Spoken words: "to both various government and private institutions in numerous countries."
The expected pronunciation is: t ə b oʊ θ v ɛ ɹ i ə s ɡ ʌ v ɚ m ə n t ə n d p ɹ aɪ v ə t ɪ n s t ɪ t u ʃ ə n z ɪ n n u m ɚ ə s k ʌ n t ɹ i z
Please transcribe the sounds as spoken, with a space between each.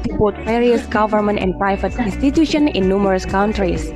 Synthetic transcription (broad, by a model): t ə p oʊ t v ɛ ɹ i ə s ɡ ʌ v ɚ m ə n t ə n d p ɹ aɪ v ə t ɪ n s t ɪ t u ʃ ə n ɪ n n u m ɚ ə s k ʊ n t ɹ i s